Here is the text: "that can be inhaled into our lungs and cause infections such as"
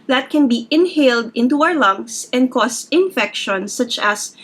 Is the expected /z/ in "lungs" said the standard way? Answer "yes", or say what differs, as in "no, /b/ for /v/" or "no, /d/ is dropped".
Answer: no, /s/ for /z/